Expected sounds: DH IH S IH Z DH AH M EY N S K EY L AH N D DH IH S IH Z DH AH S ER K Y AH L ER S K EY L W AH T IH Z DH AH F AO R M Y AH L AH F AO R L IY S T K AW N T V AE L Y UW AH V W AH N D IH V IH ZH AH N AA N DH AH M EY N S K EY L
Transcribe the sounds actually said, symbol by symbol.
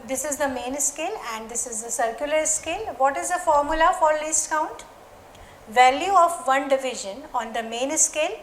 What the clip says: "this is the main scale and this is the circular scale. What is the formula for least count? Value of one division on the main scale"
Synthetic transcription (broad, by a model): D IH S IH Z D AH M EY N S K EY L AH N D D IH S IH Z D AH S ER K Y AH L ER S K EY L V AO T IH Z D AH F AO R M Y AH L AH F AO R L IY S K AW N T V AE L Y UW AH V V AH N D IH V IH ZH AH N AA N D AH M EY N S K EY L